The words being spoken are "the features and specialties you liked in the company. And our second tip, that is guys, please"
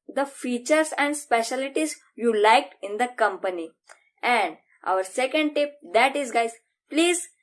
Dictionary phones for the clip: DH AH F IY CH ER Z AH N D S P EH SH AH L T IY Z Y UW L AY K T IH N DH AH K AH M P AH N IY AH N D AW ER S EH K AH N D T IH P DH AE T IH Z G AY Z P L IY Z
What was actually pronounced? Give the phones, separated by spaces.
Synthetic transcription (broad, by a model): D AH F IY CH ER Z AH N D S P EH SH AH L T IY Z Y UW L AY K IH N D AH K AH M P AH N IY AH N D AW ER S EH K AH N D T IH P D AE T IH Z G AY Z P L IY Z